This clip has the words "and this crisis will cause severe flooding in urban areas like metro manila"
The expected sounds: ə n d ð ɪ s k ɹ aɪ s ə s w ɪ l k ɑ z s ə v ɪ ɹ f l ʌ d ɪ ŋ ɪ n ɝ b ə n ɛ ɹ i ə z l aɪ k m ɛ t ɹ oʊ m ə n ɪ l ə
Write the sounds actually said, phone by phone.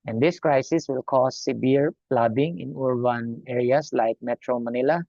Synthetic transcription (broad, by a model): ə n d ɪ s k ɹ aɪ s ə s w ɪ l k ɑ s s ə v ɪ ɹ p l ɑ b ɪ ŋ ɪ n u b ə n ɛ ɹ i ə s l aɪ k m ɛ t ɹ oʊ m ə n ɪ l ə